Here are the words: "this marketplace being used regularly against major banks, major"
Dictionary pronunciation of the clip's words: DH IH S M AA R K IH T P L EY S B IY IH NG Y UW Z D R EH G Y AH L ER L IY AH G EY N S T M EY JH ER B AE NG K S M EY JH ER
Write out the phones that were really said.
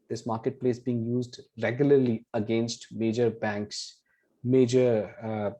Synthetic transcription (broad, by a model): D IH S M AA R K IH T P L EY S B IY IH NG Y UW Z D R EH G Y AH L ER L IY AH G EY N S T M EY JH ER B AE NG K S M EY JH ER